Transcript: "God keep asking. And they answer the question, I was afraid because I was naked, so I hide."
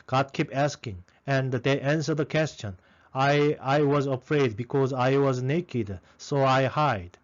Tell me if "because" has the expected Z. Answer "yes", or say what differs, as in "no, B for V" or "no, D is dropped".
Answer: yes